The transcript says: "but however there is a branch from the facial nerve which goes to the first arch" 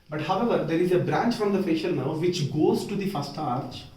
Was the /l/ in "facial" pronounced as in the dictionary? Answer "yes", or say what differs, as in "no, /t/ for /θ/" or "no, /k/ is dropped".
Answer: no, /n/ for /l/